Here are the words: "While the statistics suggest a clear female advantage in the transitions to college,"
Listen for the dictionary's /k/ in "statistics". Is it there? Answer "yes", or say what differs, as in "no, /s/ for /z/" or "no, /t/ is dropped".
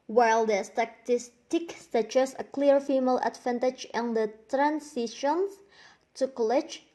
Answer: yes